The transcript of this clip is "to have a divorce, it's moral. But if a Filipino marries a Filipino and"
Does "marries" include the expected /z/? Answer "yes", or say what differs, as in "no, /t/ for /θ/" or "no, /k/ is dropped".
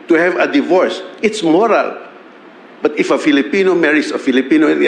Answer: no, /s/ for /z/